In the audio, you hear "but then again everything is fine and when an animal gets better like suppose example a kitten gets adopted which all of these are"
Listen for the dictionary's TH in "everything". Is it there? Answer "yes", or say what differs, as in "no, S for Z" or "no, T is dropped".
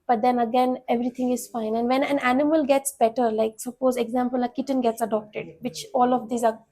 no, T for TH